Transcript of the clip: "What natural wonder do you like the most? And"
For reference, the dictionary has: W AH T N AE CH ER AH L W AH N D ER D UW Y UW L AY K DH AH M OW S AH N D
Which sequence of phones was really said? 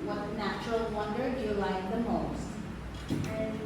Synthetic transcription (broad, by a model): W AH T N AE CH ER AH L W AH N D ER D Y UW L AY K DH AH M OW AH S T